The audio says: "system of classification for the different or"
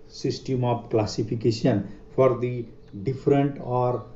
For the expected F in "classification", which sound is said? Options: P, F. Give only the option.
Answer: P